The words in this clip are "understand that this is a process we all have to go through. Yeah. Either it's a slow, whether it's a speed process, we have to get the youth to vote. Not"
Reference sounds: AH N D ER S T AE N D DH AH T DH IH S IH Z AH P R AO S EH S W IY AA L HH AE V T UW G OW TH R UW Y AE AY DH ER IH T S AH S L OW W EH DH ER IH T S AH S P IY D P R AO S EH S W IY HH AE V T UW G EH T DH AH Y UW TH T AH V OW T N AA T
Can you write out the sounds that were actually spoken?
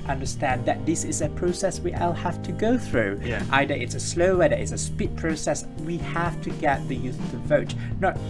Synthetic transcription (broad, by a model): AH N D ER S T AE N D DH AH T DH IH S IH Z AH P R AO S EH S W IY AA L HH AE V T UW G OW TH R UW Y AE AY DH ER IH T S AH S L OW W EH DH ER IH T S AH S P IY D P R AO S EH S W IY HH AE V T UW G EH T DH AH Y UW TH T AH V OW T N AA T